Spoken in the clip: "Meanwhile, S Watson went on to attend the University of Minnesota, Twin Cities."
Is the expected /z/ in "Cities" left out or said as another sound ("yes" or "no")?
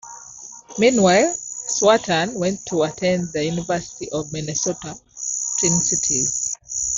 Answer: yes